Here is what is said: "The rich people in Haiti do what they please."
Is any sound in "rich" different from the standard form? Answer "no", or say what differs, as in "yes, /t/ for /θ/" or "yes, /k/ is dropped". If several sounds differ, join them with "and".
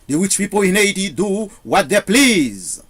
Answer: yes, /w/ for /ɹ/